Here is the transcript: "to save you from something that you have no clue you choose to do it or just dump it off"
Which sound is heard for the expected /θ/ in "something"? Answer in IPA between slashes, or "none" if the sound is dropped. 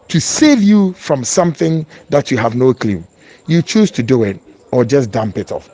/θ/